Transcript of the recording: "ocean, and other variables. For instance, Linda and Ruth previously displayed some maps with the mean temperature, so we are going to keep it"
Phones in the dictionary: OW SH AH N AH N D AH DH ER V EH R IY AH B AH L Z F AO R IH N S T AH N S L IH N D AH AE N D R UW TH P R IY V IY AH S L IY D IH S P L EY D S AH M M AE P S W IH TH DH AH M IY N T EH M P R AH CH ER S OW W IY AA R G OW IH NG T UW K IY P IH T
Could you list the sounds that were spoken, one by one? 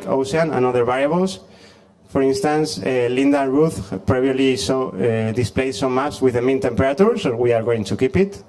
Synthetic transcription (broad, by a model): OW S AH N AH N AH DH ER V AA R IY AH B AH L S F AO R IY N S T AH N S L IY N D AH R UW TH P R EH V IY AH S L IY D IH S P L EY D S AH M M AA S W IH DH AH M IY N T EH M P R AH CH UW S OW W IY AA R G OW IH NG T UW K IY P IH T